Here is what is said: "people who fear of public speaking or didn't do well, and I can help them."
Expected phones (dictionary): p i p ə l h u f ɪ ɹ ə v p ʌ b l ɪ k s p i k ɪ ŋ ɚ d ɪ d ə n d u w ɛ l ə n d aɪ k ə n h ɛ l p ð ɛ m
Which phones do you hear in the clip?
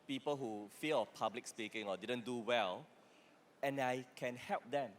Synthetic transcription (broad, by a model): p i p ə l h u f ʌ l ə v p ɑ b l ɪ k s p i k ɪ ŋ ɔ d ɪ d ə n d u w ɛ l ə n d aɪ k ə n h ɛ l p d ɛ m